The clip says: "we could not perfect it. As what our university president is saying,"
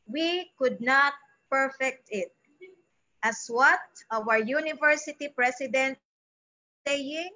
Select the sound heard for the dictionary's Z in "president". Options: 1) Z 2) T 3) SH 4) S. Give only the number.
4